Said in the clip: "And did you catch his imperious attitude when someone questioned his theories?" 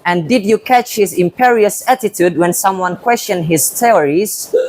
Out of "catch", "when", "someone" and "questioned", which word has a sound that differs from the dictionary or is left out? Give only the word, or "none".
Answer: none